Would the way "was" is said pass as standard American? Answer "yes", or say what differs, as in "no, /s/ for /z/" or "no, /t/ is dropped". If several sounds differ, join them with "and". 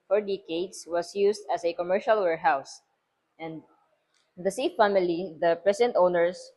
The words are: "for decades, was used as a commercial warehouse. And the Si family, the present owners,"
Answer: no, /s/ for /z/